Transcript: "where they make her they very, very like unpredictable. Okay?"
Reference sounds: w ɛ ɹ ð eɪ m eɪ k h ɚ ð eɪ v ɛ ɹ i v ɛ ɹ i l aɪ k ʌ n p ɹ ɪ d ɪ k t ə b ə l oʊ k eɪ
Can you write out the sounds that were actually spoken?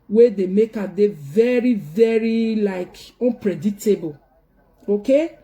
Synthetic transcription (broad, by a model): w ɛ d eɪ m eɪ k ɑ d eɪ v ɛ ɹ i v ɛ ɹ i l aɪ k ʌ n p ɹ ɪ d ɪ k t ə b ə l oʊ k eɪ